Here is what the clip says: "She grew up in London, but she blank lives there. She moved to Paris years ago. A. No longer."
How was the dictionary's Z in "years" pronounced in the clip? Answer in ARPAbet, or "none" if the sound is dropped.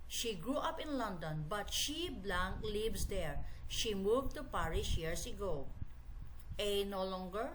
S